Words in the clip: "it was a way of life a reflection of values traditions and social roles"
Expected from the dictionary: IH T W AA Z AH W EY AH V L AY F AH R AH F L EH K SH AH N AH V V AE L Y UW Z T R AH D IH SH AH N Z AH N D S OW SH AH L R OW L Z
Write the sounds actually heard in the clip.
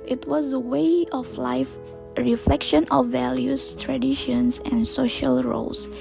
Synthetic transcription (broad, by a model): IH T W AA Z AH W EY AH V L AY F R AH F L EH K SH AH N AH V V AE L Y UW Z T R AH D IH SH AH N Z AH N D S OW SH AH L R OW L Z